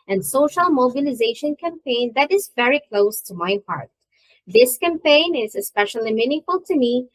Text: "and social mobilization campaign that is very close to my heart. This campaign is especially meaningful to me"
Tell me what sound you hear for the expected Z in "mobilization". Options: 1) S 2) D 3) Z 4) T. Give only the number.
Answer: 3